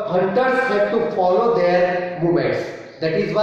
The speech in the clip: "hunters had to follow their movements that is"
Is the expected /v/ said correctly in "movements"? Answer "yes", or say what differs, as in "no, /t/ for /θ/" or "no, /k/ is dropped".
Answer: no, /v/ is dropped